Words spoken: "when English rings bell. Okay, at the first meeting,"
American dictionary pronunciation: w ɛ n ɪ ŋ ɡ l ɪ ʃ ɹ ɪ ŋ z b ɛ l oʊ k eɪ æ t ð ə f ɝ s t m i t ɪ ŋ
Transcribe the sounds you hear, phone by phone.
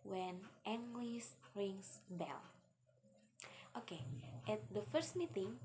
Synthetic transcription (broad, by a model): w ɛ n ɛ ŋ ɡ l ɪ s ɹ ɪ ŋ s b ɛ l oʊ k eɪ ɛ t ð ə f ɝ s t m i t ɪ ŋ